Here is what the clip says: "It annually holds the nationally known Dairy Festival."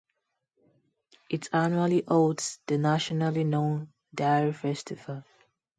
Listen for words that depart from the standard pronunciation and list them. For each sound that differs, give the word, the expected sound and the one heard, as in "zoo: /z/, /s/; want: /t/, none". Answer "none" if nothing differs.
holds: /l/, none